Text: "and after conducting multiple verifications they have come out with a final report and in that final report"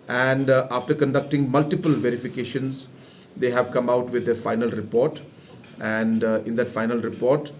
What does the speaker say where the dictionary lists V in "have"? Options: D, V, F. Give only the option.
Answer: V